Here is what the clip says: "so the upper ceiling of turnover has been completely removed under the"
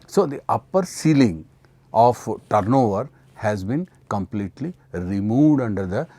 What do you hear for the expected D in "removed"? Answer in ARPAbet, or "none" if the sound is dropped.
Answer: D